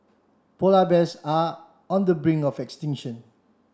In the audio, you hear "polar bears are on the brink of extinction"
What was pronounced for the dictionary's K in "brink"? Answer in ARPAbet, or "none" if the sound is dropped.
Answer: none